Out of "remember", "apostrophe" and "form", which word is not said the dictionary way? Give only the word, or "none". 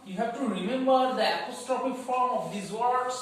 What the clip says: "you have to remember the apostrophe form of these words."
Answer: apostrophe